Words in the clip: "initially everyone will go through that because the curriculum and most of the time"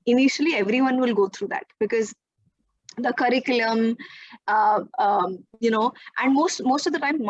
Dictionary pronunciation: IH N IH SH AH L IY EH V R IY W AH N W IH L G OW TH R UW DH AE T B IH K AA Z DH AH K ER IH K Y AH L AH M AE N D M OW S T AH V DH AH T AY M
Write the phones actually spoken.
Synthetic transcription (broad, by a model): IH N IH SH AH L IY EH V R IY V AH N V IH L G OW T R UW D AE T B IH K AA Z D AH K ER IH K Y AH N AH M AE N D M OW S T AH V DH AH T AY M